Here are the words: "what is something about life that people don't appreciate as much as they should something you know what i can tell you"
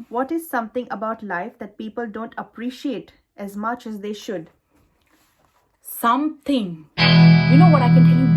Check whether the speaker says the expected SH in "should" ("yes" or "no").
yes